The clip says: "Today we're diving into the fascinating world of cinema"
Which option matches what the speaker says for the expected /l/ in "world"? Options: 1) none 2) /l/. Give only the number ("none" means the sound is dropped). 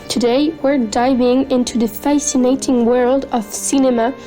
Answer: 2